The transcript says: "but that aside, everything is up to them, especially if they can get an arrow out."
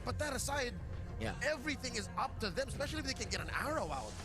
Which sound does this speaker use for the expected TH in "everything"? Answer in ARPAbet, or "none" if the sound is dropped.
TH